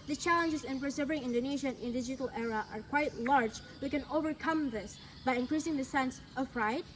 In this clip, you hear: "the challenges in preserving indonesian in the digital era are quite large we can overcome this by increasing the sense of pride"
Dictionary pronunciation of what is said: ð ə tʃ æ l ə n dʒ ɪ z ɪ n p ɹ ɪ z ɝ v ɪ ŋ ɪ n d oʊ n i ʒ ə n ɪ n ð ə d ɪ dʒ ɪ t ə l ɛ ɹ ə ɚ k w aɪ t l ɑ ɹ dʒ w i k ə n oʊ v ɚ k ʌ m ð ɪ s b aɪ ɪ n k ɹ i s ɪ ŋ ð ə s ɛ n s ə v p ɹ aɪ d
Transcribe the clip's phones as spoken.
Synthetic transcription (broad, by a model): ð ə tʃ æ l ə n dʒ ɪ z ɪ n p ɹ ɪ s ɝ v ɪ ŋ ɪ n d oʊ n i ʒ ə n ɪ n d ɪ dʒ ɪ t ə l ɛ ɹ ə ɚ k w aɪ t l ɑ ɹ dʒ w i k ə n oʊ v ɚ k ʌ m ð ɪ s b aɪ ɪ n k ɹ i s ɪ ŋ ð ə s ɛ n s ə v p ɹ aɪ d